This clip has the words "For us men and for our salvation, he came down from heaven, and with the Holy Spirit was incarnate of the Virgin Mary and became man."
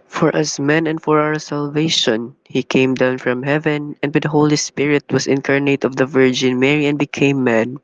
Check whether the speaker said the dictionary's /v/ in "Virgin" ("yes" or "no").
yes